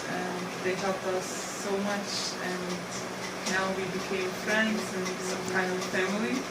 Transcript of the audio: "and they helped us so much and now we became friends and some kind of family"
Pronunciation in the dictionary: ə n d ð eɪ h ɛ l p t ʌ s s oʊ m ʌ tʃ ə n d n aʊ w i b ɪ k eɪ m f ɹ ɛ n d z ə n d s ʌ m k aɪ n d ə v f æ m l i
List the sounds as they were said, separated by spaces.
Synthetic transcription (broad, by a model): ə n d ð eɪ h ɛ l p ʌ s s oʊ m ʌ tʃ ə n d n aʊ w i b ɪ k eɪ m f ɹ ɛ n d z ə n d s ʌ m k aɪ n d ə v f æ m l i